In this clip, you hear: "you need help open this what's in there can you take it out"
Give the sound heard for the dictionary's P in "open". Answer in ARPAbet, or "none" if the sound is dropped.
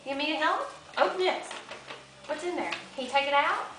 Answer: none